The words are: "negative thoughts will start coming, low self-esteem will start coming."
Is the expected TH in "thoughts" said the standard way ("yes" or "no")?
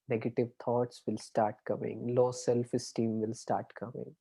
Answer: no